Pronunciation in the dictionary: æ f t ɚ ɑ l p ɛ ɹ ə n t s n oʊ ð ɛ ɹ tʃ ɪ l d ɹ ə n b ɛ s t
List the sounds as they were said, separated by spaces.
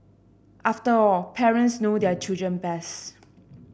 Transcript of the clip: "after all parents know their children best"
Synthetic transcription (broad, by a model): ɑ f t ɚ ɑ l p ɛ ɹ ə n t s n oʊ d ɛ tʃ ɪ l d ɹ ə n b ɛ s